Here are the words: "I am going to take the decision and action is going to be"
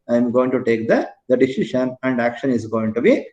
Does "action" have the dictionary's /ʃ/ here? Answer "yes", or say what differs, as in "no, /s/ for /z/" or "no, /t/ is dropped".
yes